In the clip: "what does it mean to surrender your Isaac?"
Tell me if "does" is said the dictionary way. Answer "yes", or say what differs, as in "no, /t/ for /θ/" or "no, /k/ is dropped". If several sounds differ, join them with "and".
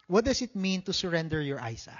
no, /s/ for /z/